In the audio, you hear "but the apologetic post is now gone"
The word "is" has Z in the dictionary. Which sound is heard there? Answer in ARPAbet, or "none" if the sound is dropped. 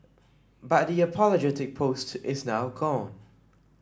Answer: Z